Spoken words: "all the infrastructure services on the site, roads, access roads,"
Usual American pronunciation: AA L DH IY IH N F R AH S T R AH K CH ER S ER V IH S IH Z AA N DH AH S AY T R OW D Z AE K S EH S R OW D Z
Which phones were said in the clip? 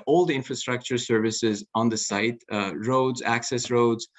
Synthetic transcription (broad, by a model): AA L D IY IH N F R AH S T R AH K CH ER S ER V IH S IH Z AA N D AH S AY T R OW D Z AE K S EH S R OW D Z